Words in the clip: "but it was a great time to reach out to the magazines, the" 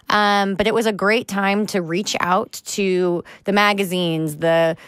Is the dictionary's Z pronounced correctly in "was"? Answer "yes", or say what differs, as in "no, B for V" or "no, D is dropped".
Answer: yes